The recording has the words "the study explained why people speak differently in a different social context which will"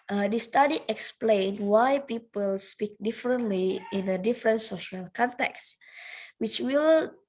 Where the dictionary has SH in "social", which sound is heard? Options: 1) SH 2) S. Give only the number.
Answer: 1